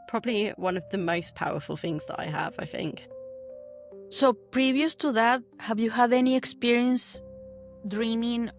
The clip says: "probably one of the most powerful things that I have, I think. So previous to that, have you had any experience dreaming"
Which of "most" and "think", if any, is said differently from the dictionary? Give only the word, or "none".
none